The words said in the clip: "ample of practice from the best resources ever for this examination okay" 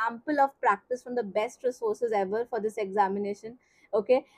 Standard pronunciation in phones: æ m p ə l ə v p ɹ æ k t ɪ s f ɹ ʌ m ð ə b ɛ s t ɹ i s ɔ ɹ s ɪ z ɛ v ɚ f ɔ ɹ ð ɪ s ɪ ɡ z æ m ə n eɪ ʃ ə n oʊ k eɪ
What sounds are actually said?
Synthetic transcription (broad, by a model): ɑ m p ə l ə v p ɹ æ k t ɪ s f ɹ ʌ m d ə b ɛ s t ɹ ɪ s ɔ ɹ s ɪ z ɛ v ɚ f ɔ ɹ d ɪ s ɪ ɡ z æ m ə n eɪ ʃ ə n oʊ k eɪ